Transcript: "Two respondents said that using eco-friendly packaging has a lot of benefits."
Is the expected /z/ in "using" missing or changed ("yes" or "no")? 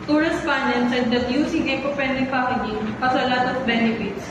yes